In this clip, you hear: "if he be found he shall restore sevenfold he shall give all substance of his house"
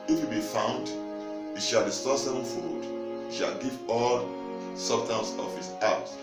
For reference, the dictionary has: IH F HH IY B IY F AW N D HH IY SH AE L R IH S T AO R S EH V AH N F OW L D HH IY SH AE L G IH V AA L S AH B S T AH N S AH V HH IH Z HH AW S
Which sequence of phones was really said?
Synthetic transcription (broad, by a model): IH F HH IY B IY F AW N D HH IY SH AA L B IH S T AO S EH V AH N F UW D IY SH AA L G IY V AA L S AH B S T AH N S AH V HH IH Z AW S